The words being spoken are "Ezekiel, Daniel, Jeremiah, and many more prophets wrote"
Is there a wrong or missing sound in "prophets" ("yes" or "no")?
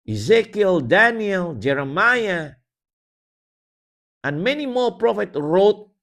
yes